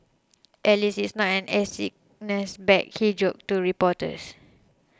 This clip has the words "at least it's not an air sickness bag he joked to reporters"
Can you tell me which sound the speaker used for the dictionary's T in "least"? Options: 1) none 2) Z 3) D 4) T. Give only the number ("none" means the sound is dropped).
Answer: 1